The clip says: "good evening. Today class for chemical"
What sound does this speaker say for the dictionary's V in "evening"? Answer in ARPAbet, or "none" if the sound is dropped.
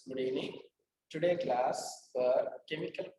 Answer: none